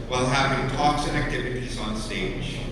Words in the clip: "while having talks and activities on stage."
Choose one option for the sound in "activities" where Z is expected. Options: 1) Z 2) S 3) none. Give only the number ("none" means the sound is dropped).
1